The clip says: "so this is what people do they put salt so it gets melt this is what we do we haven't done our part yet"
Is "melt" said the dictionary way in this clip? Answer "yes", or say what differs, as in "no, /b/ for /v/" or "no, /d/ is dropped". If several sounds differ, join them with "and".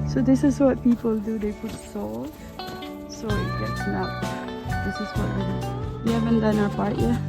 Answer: no, /l/ is dropped